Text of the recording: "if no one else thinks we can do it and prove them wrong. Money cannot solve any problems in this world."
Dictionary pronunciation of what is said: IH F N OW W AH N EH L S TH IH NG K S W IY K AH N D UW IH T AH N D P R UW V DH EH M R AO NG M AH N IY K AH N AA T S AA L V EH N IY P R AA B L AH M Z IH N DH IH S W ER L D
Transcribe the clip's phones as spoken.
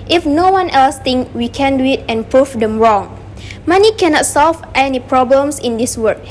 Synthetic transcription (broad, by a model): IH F N OW W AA N EH L S T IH NG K W IY K AH N D UW IH T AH N P R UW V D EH M R AO NG M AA N IY K AH N AA T S AA L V EH N IY P R AA B L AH M S IH N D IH S W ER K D